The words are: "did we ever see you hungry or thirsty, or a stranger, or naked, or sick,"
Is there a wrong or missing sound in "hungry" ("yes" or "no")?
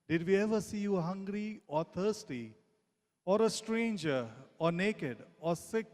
no